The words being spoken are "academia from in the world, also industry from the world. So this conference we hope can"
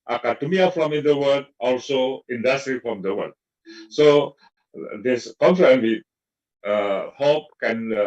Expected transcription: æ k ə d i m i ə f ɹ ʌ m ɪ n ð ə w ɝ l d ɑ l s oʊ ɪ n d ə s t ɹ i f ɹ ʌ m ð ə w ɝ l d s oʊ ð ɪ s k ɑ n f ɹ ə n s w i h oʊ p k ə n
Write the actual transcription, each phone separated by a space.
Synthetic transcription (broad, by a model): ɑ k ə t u m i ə f ɹ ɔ m ɪ n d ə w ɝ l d ɑ l s oʊ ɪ n d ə s t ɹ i f ɹ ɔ m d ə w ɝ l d s oʊ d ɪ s k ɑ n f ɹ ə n w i h oʊ p k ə n